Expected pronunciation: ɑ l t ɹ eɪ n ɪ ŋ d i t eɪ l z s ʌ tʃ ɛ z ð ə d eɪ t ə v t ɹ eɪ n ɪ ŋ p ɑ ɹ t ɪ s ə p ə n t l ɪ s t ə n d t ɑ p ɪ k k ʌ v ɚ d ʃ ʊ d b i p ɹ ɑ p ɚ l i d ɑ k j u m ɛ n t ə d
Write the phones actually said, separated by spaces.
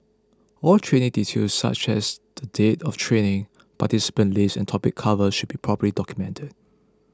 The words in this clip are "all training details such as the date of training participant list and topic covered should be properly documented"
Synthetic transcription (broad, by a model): ɑ l t ɹ eɪ n ɪ ŋ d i t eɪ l s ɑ tʃ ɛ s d ə d eɪ t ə f t ɹ eɪ n ɪ ŋ p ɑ t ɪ s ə p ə n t l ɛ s ə n t ɑ p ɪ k k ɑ v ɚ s ʃ ʊ d b i p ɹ ɑ p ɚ l i d ɑ k j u m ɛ n t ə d